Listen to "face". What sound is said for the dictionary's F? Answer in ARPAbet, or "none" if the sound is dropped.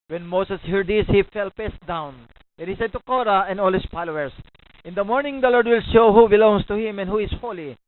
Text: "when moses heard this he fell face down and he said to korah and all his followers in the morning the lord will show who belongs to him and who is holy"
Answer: P